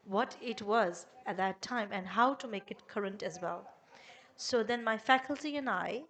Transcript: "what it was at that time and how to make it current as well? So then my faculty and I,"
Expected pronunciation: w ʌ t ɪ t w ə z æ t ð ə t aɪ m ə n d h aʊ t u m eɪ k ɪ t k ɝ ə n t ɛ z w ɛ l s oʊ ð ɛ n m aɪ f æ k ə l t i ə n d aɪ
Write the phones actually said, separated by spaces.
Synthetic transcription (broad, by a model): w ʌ t ɪ t w ə z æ t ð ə t aɪ m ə n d h aʊ t u m eɪ k ɪ t k ɝ ə n t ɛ z w ɛ l s oʊ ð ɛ n m aɪ f æ k ə l t i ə n aɪ